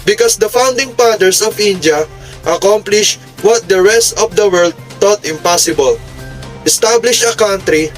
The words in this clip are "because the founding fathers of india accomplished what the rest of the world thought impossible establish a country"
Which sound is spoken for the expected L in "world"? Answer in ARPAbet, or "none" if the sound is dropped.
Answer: L